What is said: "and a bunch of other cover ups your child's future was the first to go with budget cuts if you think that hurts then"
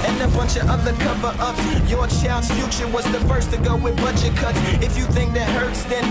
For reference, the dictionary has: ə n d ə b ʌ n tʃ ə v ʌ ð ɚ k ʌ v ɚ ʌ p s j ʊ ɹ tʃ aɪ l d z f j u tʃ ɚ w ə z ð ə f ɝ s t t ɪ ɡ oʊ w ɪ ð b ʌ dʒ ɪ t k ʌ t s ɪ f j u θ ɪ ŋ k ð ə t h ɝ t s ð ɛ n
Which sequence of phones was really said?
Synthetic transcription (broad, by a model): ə n ə b ʌ n tʃ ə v ʌ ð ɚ k ʌ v ɚ ʌ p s j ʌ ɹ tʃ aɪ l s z f j u tʃ ɚ w ə z ð ə f ɝ s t t ɪ ɡ oʊ w ɪ ð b ʌ tʃ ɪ k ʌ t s ɪ f j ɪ θ ɪ ŋ k ð ə t h ɝ t s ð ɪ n